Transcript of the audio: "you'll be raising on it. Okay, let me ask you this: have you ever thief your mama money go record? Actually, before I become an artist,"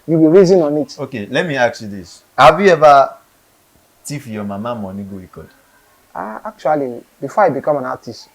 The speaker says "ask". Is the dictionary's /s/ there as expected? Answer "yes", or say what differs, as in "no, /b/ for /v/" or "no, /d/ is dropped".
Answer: no, /s/ is dropped